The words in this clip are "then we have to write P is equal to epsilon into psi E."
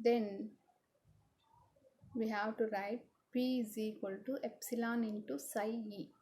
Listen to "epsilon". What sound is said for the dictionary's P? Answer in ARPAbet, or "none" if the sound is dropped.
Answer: P